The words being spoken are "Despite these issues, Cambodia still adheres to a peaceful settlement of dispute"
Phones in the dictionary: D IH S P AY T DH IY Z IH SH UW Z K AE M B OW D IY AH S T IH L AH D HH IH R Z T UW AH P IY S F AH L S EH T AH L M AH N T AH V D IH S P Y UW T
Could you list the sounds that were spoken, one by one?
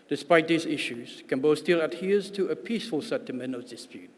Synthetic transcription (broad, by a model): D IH S P AY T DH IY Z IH SH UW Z K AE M B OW S T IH L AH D HH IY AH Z T UW AH P IY S F AH L S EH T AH M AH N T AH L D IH S P Y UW T